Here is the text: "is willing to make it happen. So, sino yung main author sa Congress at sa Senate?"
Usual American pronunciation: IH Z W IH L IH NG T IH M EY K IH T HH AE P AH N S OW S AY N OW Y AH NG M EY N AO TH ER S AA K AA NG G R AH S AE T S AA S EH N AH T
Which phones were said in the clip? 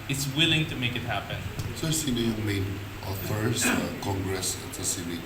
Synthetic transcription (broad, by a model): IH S W IH L IH NG T IH M EY K IH T HH AE P AH N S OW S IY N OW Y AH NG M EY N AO F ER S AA K AA NG G R AH S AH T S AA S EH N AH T